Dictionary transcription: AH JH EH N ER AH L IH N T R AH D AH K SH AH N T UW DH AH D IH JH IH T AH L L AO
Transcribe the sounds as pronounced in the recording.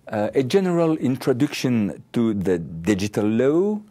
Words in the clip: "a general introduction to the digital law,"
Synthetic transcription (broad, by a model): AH JH EH N ER AH L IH N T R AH D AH K SH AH N T UW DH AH D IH JH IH T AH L L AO